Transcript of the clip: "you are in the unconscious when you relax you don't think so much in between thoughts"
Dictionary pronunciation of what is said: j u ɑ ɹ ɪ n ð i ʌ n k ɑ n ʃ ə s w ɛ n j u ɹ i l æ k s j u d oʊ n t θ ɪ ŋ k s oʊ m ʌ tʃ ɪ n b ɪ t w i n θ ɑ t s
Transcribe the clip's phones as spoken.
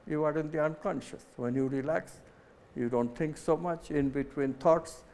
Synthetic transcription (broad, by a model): j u ɑ ɹ ɪ n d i ʌ n k ɑ n ʃ ə s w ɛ n j u ɹ i l æ k s j u d oʊ n t t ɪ ŋ k s oʊ m ʌ tʃ ɪ n b ɪ t w i n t ɑ t s